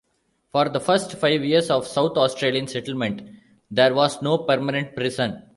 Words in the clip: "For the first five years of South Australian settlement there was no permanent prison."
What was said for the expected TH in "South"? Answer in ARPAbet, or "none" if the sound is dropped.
T